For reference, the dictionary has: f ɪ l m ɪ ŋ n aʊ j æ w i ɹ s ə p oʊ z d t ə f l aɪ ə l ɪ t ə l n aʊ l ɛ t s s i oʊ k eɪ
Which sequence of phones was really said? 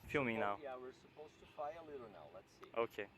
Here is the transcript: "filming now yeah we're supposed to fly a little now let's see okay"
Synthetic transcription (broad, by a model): f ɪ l m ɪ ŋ n aʊ j æ w i ɹ s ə p oʊ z t ə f aɪ ə l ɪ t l n aʊ l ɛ t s s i oʊ k eɪ